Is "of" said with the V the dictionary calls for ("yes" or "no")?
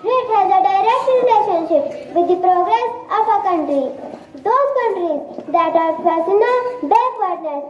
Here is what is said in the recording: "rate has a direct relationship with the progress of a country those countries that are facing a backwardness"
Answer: no